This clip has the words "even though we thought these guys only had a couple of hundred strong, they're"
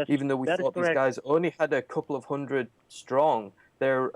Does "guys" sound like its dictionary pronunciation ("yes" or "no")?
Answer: yes